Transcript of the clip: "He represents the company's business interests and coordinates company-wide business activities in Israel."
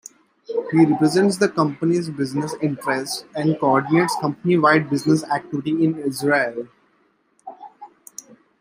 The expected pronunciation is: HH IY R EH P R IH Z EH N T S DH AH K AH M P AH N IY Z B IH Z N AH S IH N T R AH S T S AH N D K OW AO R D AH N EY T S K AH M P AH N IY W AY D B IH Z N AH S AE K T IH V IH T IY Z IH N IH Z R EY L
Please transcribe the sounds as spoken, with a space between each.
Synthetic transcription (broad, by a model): HH IY R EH P R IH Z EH N T S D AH K AH M P AH N IY Z B IH Z N AH S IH N T R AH S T AH N D K OW AO R D AH N EY T S K AH M P AH N IY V AY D B IH Z N AH S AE K T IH V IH T IY IH N IH Z R EY L